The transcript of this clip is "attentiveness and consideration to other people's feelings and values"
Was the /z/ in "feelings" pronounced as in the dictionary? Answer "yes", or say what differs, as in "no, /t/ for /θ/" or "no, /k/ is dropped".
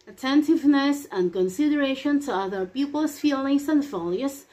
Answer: no, /s/ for /z/